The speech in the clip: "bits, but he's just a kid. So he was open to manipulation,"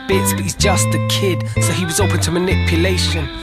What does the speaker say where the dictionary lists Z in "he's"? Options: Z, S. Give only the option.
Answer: Z